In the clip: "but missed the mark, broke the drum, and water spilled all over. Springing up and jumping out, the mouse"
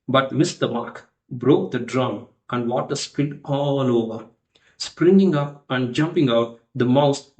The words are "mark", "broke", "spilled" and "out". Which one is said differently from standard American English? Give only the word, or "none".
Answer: spilled